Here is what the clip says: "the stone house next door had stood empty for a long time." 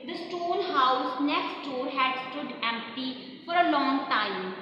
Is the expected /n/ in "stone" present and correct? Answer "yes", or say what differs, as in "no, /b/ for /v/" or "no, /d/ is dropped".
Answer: no, /l/ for /n/